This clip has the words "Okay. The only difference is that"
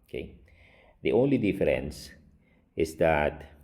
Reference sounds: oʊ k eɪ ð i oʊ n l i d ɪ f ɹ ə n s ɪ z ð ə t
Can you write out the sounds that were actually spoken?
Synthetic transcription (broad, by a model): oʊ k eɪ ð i oʊ n l i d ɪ f ɹ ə n s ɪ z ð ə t